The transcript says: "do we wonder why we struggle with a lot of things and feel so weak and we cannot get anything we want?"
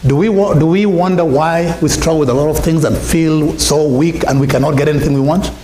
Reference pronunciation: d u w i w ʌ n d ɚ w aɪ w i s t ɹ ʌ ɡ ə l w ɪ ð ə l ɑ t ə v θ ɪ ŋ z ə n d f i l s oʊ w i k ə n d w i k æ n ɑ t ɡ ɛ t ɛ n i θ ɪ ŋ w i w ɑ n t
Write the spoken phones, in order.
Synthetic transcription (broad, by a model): d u w i w ʌ n d ɚ w aɪ w i s t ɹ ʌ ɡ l w ɪ ð ə l ɑ t ə v θ ɪ ŋ z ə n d f i l s oʊ w i k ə n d w i k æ n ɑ t ɡ ɛ t ɛ n i θ ɪ ŋ w i w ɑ n t